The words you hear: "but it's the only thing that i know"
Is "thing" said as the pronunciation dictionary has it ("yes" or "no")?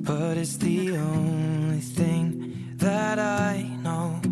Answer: yes